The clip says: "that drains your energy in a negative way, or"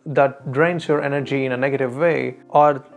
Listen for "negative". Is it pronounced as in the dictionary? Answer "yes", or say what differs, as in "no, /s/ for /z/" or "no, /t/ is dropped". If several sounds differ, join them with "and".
yes